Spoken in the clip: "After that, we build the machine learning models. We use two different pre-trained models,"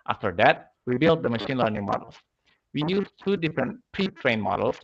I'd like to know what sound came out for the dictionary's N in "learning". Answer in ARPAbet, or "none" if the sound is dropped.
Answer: N